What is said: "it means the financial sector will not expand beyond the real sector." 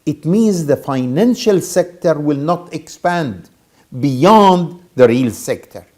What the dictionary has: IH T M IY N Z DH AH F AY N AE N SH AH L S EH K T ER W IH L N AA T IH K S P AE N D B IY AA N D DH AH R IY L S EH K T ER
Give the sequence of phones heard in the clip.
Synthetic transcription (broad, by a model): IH T M IY N Z DH AH F AY N AE N SH AH L S EH K T ER W IH L N AA T IH K S P AE N D B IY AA N D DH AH R IY L S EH K T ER